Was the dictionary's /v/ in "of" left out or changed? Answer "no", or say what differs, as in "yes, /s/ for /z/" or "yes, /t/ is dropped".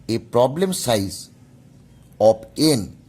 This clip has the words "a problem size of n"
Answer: yes, /p/ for /v/